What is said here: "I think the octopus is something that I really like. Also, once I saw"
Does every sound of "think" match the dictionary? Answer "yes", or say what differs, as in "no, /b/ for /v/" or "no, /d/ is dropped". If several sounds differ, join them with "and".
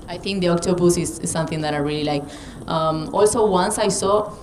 no, /t/ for /θ/